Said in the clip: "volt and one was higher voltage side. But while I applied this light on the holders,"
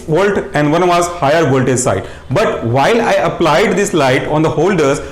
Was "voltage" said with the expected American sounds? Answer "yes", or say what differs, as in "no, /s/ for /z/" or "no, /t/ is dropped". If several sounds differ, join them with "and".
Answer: no, /z/ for /dʒ/